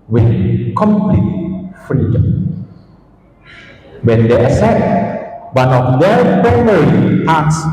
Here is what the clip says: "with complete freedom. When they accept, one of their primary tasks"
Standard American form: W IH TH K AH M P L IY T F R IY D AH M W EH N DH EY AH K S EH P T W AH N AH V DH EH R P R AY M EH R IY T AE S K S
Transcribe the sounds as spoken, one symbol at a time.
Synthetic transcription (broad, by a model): W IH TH K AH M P L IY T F R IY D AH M W EH N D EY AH S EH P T W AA N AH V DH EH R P R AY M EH R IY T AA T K S